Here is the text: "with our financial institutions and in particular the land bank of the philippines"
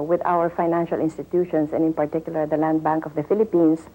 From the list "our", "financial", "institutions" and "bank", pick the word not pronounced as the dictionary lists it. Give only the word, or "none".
institutions